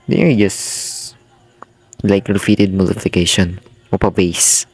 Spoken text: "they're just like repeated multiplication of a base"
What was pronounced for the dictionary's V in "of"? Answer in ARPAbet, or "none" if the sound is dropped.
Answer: P